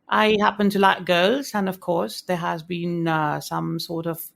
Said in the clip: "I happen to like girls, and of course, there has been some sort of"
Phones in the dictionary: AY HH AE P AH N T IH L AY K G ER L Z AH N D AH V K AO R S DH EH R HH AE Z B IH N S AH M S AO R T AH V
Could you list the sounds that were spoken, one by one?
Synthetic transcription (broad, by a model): AY HH AE P AH N T IH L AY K G ER L Z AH N AH V K AO R S DH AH R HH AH Z B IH N S AH M S AO R T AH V